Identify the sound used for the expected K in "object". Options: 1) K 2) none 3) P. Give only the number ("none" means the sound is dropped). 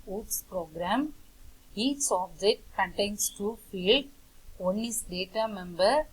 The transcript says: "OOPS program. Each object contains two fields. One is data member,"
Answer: 2